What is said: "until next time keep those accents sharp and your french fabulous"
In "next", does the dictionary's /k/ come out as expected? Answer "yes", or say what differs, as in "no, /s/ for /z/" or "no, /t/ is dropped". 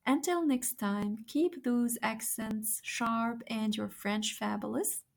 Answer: yes